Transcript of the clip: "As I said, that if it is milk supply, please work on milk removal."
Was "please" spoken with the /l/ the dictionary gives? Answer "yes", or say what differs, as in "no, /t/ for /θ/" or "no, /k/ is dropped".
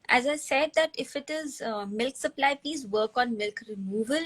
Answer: no, /l/ is dropped